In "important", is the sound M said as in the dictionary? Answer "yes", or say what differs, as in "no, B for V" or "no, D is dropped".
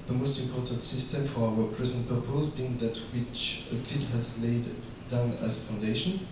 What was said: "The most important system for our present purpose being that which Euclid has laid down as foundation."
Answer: yes